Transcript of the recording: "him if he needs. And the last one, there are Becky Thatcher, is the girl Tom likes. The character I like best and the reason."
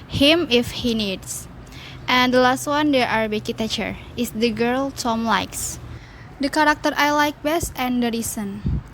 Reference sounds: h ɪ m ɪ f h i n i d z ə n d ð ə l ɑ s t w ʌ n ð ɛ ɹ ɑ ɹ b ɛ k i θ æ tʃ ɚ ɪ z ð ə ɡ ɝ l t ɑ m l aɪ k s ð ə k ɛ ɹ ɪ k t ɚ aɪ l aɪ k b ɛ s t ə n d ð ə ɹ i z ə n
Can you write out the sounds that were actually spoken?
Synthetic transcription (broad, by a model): h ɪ m ɪ f h i n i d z ə n d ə l ɑ s t w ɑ n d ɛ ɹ ɑ ɹ b ɛ k i t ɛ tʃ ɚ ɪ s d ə ɡ ɝ l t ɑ m l aɪ k s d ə k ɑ ɹ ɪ k t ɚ aɪ l aɪ k b ɛ s t ə n d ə ɹ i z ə n